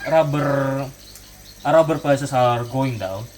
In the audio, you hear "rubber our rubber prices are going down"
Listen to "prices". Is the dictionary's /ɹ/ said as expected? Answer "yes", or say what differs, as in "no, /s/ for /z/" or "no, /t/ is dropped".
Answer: no, /ɹ/ is dropped